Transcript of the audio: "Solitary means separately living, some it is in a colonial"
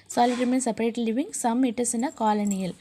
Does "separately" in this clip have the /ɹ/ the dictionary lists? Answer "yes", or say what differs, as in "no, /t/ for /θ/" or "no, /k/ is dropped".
no, /ɹ/ is dropped